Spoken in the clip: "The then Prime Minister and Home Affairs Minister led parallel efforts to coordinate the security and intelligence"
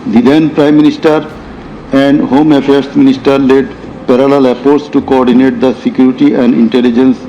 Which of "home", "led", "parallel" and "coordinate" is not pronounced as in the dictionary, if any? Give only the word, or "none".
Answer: none